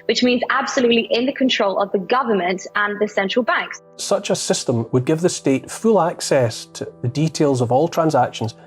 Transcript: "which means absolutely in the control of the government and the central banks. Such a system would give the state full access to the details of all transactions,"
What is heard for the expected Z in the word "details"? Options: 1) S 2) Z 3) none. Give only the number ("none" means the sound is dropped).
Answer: 2